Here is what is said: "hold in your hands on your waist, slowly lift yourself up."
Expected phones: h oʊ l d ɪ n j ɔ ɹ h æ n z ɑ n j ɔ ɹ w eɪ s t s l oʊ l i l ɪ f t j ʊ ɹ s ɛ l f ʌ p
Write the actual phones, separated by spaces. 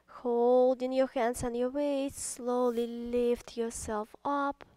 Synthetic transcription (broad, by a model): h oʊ l d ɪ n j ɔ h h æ n s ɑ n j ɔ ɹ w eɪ t s l oʊ l i l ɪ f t j ʊ ɹ s ɛ l f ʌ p